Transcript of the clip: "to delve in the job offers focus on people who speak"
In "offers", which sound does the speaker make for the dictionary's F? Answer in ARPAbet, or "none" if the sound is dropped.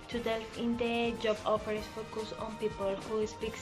P